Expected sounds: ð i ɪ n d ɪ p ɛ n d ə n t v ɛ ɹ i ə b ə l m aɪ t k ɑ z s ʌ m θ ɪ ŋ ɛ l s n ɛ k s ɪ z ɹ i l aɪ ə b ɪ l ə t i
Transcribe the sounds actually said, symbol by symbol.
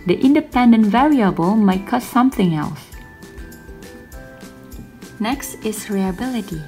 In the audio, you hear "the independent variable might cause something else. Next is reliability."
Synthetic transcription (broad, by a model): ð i ɪ n d ɪ p ɛ n d ə n t v ɛ ɹ i ə b ə l m aɪ t k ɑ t s ʌ m θ ɪ ŋ ɛ l s n ɛ k s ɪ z ɹ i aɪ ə b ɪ l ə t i